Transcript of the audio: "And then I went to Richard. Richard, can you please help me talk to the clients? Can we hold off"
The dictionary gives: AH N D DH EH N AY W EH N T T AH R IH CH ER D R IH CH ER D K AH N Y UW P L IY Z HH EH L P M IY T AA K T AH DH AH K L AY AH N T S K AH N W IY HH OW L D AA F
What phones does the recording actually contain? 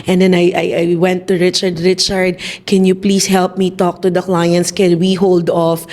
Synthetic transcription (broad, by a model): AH N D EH N AY W EH N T T AH R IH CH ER D R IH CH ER D K AH N Y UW P L IY S HH EH L P M IY T AA K T AH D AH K L AY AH N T S K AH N W IY HH OW L D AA F